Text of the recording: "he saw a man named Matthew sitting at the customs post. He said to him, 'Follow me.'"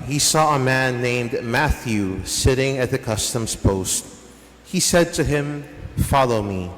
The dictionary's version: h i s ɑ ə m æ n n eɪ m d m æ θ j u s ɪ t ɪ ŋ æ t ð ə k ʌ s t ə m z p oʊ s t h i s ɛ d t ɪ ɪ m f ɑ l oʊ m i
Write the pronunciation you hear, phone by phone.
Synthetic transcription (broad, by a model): h i s ɑ ə m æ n n eɪ m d m æ θ j u s ɪ t ɪ ŋ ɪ t ð ə k ʌ s t ə m z p oʊ s t h i s ɛ d t ɪ ɪ m f ɑ l oʊ m i